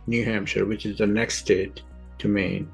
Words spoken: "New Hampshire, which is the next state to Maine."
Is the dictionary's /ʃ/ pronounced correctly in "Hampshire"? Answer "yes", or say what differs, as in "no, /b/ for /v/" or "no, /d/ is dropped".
yes